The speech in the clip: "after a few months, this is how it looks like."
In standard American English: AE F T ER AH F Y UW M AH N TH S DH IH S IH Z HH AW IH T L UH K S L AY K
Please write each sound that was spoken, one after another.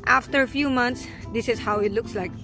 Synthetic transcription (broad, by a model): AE F T ER AH F Y UW M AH N T S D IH S IH Z HH AW IH T L UH K S L AY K